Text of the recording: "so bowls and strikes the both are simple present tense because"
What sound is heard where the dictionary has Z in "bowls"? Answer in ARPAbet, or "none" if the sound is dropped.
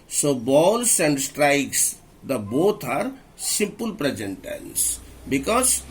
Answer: S